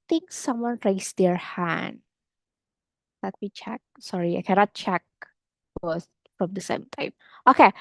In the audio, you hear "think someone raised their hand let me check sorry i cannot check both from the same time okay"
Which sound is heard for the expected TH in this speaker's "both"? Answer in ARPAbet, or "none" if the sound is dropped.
S